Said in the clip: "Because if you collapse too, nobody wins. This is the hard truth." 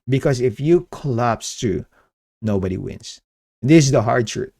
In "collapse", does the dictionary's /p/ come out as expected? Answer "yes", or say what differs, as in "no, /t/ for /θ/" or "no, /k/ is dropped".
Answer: yes